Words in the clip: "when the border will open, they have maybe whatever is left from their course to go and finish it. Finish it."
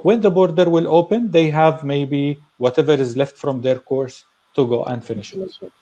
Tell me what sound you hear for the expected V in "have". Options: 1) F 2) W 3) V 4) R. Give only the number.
3